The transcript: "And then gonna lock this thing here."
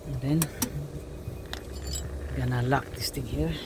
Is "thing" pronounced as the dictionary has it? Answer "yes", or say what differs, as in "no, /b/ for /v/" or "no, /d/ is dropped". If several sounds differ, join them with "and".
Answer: no, /t/ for /θ/